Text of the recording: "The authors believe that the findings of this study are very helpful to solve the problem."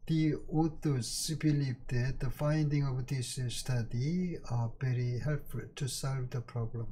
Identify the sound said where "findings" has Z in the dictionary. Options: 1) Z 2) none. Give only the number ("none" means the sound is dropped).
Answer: 2